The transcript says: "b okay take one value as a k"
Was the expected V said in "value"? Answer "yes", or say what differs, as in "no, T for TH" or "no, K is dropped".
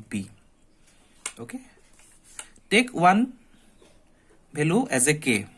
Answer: no, B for V